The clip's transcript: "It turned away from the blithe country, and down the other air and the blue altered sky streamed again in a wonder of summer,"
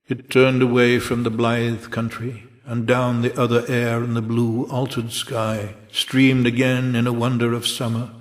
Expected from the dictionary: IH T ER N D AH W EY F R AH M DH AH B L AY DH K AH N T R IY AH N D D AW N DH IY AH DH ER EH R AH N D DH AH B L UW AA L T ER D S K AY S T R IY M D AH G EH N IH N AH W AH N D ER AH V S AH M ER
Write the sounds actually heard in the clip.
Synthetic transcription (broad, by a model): IH T ER N D AH W EY F R AH M DH AH B L AY DH K AH N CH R IY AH N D D AW N DH IY AH DH ER EH R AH N DH AH B L UW AA L T ER D S K AY S T R IY M D AH G EH N IH N AH W AH N D ER AH V S AH M ER